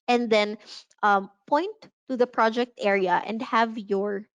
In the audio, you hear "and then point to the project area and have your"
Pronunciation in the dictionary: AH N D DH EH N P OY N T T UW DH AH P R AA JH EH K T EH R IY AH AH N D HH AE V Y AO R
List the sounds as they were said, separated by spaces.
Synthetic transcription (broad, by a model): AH N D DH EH N P OY N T T UW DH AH P R AA JH EH K T EH R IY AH AH N D HH AE V Y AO R